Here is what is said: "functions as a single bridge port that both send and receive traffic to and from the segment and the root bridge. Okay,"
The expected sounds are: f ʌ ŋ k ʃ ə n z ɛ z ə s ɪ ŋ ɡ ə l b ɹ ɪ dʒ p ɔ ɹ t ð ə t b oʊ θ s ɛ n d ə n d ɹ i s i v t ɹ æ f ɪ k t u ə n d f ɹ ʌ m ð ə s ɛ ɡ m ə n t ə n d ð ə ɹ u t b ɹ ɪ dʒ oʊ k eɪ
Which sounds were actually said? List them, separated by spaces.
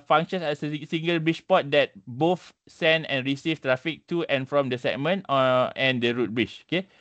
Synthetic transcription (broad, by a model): f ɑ ŋ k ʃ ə n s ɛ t ə s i ŋ ɡ ə l b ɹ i tʃ p ɔ t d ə t b oʊ f s ɛ n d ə n ɹ i s i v t ɹ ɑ f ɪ k t u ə n f ɹ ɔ m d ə s ɛ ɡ m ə n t ə n d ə ɹ u t b ɹ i tʃ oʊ k eɪ